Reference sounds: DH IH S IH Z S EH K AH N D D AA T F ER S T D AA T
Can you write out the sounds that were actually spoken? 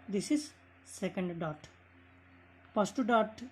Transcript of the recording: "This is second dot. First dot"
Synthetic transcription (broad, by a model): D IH S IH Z S EH K AH N D D AA T P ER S T D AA T